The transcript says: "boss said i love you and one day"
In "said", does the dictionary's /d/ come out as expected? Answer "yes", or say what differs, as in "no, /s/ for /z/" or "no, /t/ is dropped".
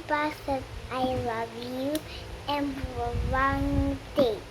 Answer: no, /d/ is dropped